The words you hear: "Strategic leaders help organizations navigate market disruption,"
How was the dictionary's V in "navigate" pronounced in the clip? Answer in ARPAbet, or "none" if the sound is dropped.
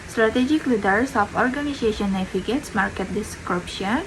F